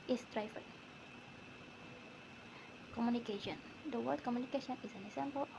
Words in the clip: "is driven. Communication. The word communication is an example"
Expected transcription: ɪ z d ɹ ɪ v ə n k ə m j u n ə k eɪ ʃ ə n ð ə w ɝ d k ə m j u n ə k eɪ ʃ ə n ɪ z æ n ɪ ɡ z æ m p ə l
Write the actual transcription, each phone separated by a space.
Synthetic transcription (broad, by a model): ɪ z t ɹ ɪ f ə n k ə m j u n ə k eɪ ʃ ə n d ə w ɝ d k ə m j u n ə k eɪ ʃ ə n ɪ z æ n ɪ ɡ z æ m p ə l